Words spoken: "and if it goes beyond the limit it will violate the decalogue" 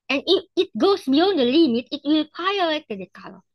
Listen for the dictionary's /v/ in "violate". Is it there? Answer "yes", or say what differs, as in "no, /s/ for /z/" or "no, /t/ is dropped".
no, /p/ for /v/